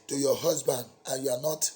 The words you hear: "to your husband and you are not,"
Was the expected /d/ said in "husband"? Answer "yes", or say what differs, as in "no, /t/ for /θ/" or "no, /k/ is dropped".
yes